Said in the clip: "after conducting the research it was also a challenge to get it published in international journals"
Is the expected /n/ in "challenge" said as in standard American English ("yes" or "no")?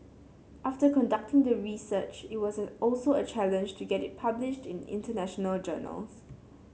yes